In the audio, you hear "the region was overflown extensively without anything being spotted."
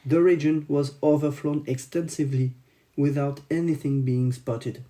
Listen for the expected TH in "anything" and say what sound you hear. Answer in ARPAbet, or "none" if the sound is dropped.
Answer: TH